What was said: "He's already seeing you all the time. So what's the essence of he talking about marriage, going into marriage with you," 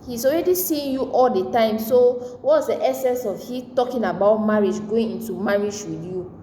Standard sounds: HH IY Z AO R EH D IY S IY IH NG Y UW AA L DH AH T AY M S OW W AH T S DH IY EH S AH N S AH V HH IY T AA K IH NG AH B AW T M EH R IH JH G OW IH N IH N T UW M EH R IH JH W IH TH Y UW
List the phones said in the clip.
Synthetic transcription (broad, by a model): HH IY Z AO R EH D IY S IY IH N Y UW AA L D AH T AY M S OW W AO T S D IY EH S AH N S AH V HH IY T AA K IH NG AH B AW T M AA R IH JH G OW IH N IH N T UW M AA R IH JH W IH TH Y UW